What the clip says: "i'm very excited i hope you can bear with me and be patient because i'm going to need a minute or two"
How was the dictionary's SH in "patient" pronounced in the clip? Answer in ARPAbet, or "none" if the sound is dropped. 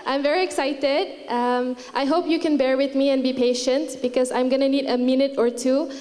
SH